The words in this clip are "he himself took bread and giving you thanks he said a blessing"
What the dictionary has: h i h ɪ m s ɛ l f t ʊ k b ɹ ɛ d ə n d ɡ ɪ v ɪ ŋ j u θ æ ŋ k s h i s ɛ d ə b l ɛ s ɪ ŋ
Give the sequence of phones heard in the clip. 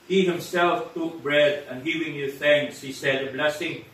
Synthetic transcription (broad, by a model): h i h ɪ m s ɛ l f t ʊ k b ɹ ɛ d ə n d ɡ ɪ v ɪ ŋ j u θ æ ŋ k s h i s ɛ d ə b l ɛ s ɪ ŋ